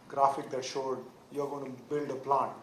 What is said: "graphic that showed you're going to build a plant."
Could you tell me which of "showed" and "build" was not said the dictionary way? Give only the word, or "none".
none